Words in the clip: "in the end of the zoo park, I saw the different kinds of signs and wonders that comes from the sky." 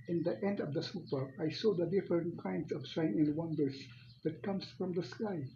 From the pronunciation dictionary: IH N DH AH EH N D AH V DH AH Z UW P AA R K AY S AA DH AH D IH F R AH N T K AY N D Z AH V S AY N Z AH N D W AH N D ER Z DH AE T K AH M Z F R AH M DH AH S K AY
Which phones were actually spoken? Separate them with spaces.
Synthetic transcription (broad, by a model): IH N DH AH EH N D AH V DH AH S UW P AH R AY S AA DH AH D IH F R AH N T K AY N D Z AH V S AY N AH N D W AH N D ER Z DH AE T K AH M S F R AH M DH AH S K AY